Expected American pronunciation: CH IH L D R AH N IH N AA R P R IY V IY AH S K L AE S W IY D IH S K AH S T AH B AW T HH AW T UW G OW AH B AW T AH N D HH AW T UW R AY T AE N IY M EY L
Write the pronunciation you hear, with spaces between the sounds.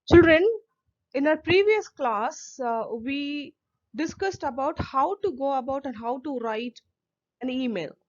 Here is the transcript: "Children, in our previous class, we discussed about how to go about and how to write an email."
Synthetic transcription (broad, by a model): CH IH L D R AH N IH N AA R P R IY V IY AH S K L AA S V IY D IH S K AH S T AH B AW T HH AW T UW G OW AH B AW T AH N D HH AW T UW R AY T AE N IY M EY L